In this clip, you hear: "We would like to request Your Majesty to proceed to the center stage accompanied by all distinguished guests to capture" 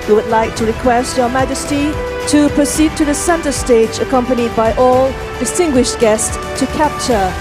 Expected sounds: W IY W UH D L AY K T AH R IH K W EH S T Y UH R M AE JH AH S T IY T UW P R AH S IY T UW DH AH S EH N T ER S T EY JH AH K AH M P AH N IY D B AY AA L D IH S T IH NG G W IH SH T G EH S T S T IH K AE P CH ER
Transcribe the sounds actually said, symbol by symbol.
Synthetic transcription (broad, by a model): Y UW W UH D L AY K T AH R IH K W EH S T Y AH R M AE JH AH S T IY T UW P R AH S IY T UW DH AH S EH N T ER S T EY JH AH K AH M P AH N IY D B AY AA L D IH S T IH NG G W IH SH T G EH S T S T IH K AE P CH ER